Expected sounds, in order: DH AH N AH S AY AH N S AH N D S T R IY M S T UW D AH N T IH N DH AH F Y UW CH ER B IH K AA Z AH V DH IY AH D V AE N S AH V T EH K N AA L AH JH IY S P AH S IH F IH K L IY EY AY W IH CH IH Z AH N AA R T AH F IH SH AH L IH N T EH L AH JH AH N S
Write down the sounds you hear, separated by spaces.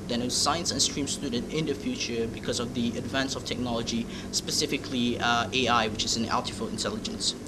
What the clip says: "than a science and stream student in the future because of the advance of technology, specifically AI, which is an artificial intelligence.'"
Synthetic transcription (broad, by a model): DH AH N AH S AY AH N S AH N S T R IY M S T UW D AH N T IH N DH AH F Y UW CH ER B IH K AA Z AH V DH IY AH D V AE N S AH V T EH K N AA L AH JH IY S P AH S IH F IH K L IY EY AY W IH CH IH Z AH N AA L T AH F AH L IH N T EH L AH JH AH N S